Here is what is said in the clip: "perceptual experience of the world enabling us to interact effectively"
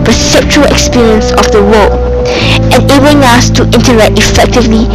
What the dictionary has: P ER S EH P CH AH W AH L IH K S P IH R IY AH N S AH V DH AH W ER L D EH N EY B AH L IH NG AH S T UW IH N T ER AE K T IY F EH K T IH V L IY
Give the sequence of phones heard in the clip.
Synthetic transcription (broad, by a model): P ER S EH P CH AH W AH L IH K S P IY R IY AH N S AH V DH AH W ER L EH N EY B AH L IH NG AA S T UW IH N T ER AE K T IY F EH K T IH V L IY